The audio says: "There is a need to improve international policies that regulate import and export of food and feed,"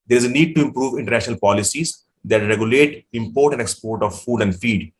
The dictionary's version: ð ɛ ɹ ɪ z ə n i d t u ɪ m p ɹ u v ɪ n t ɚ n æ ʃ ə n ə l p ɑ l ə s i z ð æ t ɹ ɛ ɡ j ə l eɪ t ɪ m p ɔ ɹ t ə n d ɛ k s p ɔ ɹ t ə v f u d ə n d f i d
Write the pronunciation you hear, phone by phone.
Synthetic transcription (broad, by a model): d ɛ ɹ ɪ z ə n i d t u ɪ m p ɹ u v ɪ n t ɚ n æ ʃ ə n ə l p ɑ l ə s i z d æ t ɹ ɛ ɡ j ə l eɪ t ɪ m p ɔ ɹ t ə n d ɛ k s p ɔ ɹ t ə v f u d ə n d f i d